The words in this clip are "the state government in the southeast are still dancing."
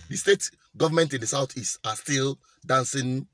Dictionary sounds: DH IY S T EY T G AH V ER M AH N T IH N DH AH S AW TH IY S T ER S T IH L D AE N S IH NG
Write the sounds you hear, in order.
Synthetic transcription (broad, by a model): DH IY S T EY T G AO V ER M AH N T IH N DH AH S AW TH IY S AA S T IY L D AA N S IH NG